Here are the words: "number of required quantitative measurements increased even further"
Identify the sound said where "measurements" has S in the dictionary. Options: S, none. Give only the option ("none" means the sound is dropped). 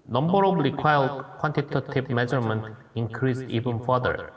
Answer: none